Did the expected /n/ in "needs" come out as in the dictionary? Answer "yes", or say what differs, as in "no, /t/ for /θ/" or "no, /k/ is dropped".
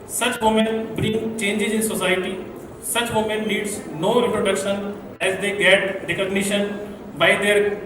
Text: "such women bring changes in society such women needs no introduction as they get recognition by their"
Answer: no, /l/ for /n/